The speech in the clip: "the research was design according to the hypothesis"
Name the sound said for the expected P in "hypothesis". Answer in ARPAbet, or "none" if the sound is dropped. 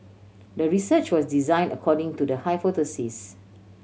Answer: F